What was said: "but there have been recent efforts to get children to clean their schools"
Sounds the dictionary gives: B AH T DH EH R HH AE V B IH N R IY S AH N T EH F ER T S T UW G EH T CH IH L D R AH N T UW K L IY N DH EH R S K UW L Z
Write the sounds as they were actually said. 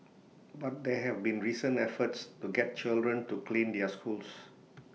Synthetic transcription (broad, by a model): B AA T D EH HH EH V B IH N R IY S AH N EH F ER T S T UW G EH T CH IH L D R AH N T UW K L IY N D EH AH S K UW L S